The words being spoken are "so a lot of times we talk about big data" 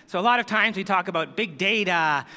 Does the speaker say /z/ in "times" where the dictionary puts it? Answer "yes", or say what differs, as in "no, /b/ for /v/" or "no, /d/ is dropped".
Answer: yes